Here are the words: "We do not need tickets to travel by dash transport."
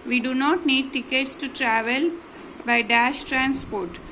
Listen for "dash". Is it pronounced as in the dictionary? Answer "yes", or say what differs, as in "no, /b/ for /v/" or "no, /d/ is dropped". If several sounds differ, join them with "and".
yes